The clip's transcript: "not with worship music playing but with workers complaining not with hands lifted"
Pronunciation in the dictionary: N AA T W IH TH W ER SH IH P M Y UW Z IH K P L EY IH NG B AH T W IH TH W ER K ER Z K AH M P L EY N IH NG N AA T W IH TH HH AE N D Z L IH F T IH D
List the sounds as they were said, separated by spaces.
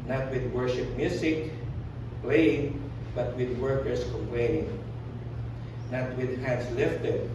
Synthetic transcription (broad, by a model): N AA T W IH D W ER SH IH P M Y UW S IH K P L EY IH NG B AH T W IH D W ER K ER S K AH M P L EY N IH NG N AA T W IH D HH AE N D S L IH F T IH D